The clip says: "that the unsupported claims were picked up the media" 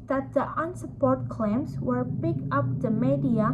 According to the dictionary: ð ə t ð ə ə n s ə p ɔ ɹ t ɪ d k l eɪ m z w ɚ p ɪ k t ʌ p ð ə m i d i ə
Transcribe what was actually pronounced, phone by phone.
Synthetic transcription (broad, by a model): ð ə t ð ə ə n s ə p ɔ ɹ t k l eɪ m s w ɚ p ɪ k ʌ p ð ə m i d i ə